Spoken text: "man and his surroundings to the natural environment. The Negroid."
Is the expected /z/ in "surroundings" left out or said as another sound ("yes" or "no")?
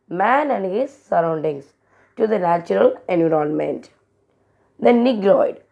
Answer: yes